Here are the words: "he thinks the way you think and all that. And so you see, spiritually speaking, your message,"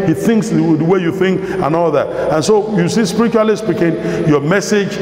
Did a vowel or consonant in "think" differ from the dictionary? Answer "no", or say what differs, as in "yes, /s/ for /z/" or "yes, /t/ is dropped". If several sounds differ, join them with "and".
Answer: no